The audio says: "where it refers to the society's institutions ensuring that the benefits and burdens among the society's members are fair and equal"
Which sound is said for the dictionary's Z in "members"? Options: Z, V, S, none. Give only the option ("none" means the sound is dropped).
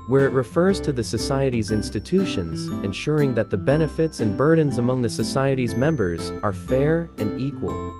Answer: Z